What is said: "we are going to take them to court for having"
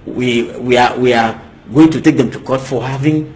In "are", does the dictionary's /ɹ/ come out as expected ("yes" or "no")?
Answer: no